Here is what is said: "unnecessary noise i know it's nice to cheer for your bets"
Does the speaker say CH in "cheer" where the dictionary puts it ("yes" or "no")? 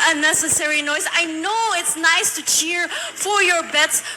yes